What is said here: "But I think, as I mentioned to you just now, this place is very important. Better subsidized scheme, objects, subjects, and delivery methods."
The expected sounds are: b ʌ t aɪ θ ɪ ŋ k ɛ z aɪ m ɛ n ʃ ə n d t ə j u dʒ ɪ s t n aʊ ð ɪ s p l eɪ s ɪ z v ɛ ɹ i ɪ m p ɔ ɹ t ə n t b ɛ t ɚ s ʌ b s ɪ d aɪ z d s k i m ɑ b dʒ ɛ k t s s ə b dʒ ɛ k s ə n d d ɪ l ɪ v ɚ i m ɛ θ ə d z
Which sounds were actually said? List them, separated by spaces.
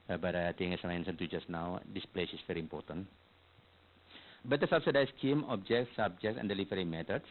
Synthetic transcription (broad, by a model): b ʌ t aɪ t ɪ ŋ ɛ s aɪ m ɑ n s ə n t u dʒ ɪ s n aʊ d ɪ s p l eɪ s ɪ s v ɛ ɹ i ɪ m p ɔ ɹ t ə n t b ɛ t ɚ s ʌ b s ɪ d aɪ s k i m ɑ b dʒ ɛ k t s s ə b dʒ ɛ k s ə n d d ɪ l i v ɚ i m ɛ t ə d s